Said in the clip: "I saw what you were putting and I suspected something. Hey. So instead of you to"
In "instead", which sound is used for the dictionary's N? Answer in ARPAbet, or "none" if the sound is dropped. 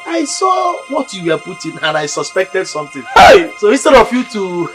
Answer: none